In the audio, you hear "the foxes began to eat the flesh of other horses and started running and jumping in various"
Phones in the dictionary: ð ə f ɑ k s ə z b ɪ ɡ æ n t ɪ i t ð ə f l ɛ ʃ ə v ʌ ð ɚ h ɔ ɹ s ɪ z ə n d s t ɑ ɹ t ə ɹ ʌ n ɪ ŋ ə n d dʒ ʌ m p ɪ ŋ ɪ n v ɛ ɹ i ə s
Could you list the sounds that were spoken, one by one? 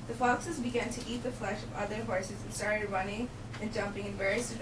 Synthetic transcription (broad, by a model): ð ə f ɑ k s ə z b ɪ ɡ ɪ n t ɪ i t ð ə f l ɛ ʃ ə v ʌ ð ɚ h ɔ ɹ s ɪ z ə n s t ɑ ɹ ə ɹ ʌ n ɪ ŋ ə n dʒ ʌ m p ɪ ŋ ɪ n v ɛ ɹ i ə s